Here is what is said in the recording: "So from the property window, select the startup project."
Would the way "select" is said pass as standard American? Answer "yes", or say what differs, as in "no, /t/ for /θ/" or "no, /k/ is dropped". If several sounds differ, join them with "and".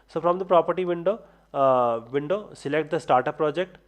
yes